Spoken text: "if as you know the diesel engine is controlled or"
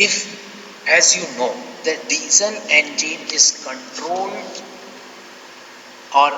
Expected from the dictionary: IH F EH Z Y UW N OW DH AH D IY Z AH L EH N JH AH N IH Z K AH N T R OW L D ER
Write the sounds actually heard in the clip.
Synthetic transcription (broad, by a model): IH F EH Z Y UW N OW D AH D IY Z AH N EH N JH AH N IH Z K AH N T R OW L D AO